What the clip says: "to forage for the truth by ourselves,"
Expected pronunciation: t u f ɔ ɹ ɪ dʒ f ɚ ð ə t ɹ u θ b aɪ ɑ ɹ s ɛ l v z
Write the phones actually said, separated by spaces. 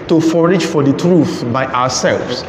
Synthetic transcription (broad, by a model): t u f ɔ ɹ ɪ dʒ f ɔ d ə t ɹ u θ b aɪ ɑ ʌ s ɛ l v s